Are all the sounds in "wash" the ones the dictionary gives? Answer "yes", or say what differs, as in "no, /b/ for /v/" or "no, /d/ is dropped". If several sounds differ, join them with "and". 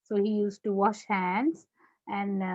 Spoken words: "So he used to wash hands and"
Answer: yes